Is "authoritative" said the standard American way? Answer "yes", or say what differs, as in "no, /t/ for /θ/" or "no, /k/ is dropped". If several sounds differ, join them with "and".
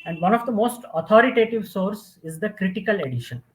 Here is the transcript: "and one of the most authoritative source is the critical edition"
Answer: no, /t/ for /θ/